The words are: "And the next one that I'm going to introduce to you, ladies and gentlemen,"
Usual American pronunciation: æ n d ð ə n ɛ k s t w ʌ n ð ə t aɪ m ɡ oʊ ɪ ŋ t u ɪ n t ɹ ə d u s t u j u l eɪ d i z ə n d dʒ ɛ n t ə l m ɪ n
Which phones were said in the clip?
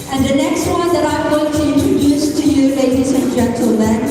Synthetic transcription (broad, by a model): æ n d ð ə n ɛ k s t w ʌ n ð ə t aɪ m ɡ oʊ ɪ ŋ t u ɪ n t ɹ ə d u s t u j u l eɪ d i s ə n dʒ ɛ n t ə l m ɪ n